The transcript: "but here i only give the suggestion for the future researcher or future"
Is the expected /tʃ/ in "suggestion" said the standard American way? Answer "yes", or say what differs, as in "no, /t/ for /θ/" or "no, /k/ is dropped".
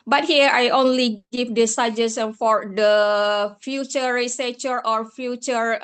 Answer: no, /tʃ/ is dropped